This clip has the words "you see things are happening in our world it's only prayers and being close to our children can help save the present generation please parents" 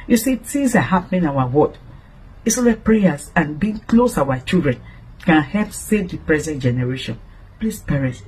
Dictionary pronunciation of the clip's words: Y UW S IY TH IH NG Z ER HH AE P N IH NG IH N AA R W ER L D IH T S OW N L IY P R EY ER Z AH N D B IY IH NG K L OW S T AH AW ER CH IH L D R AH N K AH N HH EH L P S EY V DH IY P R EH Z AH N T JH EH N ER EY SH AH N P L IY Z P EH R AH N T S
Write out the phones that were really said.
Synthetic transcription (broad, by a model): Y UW S IY T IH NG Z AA HH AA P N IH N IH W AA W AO D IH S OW L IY P R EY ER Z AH N B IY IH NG K L OW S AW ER CH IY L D R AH N K AH N HH EH L P S EY V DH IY P R EH Z AH N T JH EH N ER EY SH AH N P L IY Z P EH R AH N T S